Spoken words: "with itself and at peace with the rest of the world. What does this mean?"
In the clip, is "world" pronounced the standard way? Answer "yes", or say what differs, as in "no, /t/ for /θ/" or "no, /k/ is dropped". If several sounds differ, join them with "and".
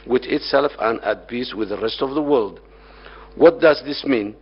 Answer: yes